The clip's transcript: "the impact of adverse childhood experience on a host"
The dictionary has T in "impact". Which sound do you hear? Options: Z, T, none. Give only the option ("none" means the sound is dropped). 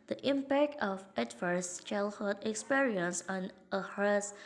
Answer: T